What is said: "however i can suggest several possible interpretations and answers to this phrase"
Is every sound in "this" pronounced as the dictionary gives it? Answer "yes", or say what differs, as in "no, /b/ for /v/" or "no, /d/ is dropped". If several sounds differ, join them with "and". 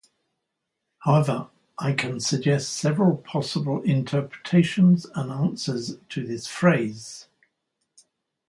yes